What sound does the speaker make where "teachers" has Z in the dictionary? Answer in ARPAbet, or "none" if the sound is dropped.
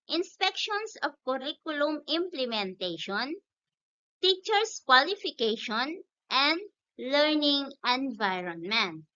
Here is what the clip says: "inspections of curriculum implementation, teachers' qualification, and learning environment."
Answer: S